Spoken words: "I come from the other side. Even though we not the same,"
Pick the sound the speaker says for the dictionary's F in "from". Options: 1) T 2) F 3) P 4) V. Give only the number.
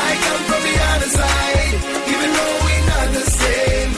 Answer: 3